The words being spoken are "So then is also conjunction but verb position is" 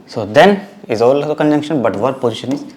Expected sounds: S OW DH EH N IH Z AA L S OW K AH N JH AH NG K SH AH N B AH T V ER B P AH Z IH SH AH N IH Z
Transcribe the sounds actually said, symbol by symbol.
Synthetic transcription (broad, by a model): S OW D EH N IH Z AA L OW K AH N JH AH NG K SH AH N B AH T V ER P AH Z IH SH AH N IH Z